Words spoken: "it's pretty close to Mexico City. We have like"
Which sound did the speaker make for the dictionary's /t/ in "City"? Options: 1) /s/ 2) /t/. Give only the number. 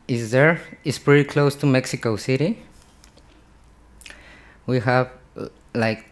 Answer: 2